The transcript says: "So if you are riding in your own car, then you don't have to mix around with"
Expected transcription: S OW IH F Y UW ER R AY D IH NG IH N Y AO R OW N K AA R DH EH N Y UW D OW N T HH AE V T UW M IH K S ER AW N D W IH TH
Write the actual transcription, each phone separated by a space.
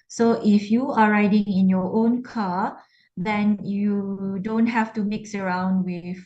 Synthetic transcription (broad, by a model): S OW IH F Y UW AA R AY D IH NG IH N Y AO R OW N K AA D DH EH N Y UW D OW N T HH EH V T UW M IH K S ER AW N D W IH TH